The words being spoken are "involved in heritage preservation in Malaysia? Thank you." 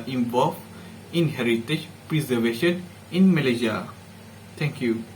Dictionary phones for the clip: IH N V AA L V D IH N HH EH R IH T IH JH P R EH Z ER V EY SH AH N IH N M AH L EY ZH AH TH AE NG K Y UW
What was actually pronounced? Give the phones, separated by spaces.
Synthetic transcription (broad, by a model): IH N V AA L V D IH N HH EH R IH T IH JH P R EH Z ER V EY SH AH N IH N M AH L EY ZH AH T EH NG K Y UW